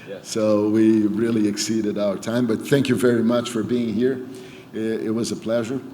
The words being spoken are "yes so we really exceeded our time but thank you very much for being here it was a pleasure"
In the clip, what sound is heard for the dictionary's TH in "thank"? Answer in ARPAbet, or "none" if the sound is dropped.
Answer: TH